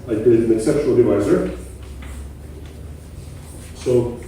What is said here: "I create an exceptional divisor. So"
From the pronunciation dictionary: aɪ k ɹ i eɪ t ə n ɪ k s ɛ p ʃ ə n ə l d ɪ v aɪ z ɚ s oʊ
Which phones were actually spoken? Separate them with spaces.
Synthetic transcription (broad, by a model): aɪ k i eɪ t ə n ɪ k s ɛ p ʃ ə n ə l d ɪ v aɪ z ɚ s oʊ